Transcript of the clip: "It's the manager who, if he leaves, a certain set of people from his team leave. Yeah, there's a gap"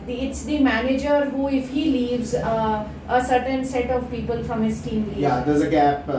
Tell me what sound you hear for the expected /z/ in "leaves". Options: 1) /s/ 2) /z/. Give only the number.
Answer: 2